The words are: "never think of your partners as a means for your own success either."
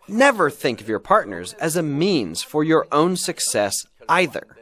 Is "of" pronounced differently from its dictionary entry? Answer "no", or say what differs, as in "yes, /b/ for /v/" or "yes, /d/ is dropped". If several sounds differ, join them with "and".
no